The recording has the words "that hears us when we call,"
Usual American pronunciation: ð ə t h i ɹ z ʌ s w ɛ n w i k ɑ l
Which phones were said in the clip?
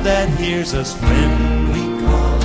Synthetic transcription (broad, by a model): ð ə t h i ɹ z ʌ s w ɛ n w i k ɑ